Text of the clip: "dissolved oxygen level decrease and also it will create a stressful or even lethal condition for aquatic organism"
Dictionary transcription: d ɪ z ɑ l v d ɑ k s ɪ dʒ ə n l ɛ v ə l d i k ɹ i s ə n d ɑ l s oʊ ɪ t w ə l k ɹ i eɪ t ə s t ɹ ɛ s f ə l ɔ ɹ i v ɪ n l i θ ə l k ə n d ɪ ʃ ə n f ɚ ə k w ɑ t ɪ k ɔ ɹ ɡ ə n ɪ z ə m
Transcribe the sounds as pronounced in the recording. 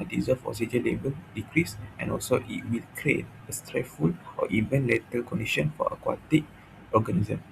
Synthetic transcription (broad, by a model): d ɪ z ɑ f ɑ s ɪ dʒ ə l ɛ b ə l d i k ɹ i s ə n ɑ l s oʊ ɪ t w ə l k ɹ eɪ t ə s t ɹ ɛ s f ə l ɔ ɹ i v ɪ n l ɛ t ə l k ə n d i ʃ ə n f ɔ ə k w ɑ t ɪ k ɔ ɡ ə n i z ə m